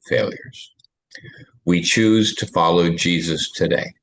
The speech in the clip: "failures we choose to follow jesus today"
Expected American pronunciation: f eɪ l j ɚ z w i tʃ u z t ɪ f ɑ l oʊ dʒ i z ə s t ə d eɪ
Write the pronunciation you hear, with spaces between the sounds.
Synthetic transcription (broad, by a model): f eɪ l j ɚ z w i tʃ u z t ɪ f ɑ l oʊ dʒ i z ə s t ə d eɪ